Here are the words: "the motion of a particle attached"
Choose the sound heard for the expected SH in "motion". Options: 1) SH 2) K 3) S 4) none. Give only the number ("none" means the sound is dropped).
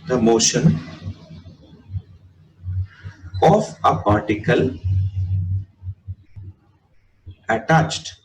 1